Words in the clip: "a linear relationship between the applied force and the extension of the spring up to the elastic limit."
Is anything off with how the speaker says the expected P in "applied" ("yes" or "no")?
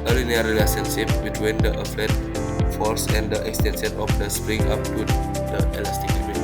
yes